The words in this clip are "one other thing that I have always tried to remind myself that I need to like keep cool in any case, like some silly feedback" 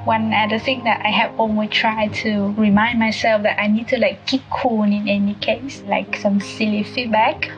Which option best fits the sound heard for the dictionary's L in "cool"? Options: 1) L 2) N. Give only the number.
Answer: 2